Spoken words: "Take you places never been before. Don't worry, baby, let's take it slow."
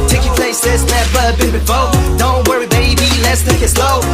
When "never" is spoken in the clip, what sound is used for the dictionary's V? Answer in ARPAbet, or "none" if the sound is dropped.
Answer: B